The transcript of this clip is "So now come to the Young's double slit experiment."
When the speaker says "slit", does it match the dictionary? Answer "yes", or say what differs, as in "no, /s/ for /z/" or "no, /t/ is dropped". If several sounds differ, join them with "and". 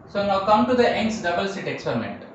no, /l/ is dropped